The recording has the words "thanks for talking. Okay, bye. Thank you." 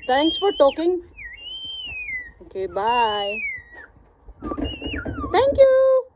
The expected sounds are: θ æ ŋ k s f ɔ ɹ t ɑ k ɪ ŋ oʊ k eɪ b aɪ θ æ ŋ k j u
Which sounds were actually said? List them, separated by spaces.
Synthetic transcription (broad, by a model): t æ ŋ k s f ɔ ɹ t ɑ k ɪ ŋ oʊ k eɪ b aɪ t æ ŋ k j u